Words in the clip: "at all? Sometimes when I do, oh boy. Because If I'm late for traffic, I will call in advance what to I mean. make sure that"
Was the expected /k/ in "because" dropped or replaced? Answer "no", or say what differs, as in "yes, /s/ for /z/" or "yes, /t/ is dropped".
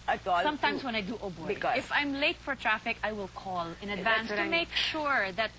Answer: yes, /k/ is dropped